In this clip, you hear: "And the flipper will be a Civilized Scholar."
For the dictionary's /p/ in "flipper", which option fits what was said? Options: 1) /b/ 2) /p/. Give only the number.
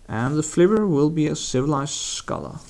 1